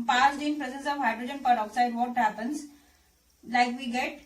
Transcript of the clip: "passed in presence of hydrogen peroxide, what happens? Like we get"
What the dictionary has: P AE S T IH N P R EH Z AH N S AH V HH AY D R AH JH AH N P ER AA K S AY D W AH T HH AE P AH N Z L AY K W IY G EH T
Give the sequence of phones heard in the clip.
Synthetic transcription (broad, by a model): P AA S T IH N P R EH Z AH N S AH V HH AY D R AH JH AH N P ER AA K S AY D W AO T HH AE P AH N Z L AY K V IY G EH T